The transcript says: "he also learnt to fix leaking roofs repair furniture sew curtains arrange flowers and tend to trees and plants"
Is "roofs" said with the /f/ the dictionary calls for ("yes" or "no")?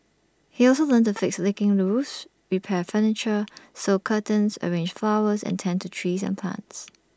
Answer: no